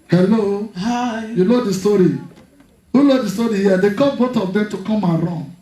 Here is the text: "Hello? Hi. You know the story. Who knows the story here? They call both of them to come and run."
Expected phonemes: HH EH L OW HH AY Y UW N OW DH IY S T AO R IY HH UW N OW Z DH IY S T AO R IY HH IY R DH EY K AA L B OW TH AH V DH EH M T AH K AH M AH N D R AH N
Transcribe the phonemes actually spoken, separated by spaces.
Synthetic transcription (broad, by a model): HH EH L OW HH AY Y UW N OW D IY S T AO R IY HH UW L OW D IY S T AO R IY HH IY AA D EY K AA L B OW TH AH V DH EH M T AH K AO M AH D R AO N